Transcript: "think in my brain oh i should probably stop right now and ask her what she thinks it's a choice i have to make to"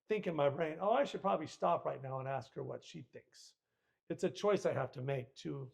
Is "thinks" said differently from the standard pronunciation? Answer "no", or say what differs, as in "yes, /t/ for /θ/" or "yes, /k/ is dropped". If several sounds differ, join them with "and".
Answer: no